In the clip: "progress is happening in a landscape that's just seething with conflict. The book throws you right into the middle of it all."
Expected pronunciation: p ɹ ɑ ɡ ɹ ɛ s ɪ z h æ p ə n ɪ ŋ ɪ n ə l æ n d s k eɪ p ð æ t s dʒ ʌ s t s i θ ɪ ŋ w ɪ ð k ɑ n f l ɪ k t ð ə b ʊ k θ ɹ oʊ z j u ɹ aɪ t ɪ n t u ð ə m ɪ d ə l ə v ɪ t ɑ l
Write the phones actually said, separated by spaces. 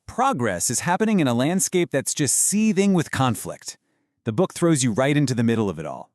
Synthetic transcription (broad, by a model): p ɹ ɑ ɡ ɹ ɛ s ɪ z h æ p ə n ɪ ŋ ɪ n ə l æ n d s k eɪ p ð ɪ t s dʒ ʌ s t s i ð ɪ ŋ w ɪ ð k ɑ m f l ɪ k t ð ə b ʊ k θ ɹ oʊ z j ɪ ɹ aɪ t ɪ n t u ð ə m ɪ d l ə v ɪ t ɑ l